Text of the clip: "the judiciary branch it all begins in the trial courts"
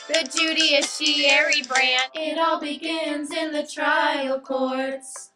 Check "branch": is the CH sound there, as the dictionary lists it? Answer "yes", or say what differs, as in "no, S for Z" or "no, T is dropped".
no, CH is dropped